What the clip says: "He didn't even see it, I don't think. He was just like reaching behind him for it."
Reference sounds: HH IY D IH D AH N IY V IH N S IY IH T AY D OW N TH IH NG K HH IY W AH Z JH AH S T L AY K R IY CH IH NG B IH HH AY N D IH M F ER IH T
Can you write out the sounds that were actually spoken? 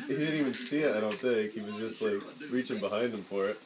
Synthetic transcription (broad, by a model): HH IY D IH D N IY V IH N S IY IH T AY D OW N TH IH K HH IY W AH Z JH AH S T L AY K R IY CH IH NG B IH HH AY N D IH M F ER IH T